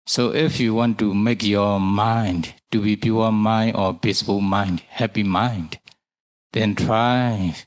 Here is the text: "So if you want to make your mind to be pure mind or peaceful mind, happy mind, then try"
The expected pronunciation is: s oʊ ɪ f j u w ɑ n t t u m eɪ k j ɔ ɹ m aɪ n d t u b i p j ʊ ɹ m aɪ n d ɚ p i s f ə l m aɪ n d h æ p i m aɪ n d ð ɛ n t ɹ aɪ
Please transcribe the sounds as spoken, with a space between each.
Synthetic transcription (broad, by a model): s oʊ ɪ f j u w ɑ n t t u m eɪ k j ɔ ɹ m aɪ n d t u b i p j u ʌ m aɪ n d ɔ b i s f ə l m aɪ n d h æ p i m aɪ n d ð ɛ n t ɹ aɪ